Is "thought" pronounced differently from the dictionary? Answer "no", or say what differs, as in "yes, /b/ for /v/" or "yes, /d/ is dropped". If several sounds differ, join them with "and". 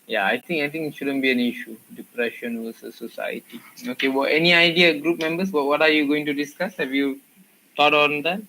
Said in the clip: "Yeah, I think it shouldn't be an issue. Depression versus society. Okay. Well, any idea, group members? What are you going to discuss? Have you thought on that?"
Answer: yes, /t/ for /θ/